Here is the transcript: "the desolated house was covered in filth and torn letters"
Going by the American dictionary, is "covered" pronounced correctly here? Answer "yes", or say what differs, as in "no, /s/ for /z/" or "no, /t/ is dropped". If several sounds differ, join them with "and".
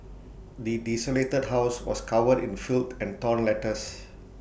no, /w/ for /v/